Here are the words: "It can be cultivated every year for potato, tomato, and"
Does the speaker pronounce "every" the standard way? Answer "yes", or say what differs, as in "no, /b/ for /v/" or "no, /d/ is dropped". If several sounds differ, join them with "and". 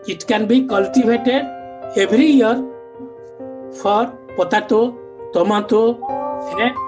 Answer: no, /b/ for /v/